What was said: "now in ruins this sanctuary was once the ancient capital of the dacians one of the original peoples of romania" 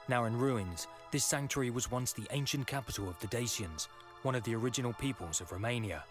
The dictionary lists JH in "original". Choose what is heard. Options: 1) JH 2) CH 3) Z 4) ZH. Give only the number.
1